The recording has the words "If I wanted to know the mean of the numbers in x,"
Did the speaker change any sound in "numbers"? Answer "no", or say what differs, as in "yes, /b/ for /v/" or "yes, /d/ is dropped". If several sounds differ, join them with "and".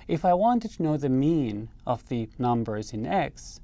no